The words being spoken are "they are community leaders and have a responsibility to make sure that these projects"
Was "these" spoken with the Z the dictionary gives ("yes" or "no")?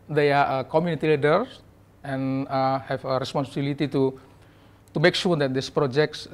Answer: no